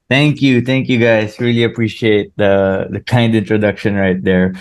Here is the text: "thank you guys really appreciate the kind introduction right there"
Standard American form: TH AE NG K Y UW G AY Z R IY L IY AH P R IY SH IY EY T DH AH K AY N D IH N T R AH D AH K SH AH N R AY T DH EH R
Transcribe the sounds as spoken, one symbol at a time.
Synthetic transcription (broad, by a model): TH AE NG K Y UW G AY S R IY L IY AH P R IY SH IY EY T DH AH K AY N D IH N T R AH D AH K SH AH N R AY T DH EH R